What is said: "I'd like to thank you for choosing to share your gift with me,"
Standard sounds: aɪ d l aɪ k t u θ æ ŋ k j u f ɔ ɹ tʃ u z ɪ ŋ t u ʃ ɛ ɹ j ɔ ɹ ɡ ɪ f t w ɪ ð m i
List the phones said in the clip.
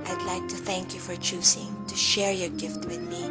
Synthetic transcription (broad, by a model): aɪ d l aɪ k t u θ æ ŋ k j u f ɔ ɹ tʃ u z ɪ ŋ t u ʃ ɛ ɹ j ɔ ɹ ɡ ɪ f t w ɪ ð m i